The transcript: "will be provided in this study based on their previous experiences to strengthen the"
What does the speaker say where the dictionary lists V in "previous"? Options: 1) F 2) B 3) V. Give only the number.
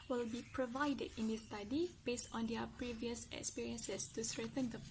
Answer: 3